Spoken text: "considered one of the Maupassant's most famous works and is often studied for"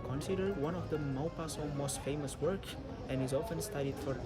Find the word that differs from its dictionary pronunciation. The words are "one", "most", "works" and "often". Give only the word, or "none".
works